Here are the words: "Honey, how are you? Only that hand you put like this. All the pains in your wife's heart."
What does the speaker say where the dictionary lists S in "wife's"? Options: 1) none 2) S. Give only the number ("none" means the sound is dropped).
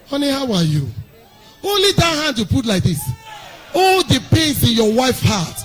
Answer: 1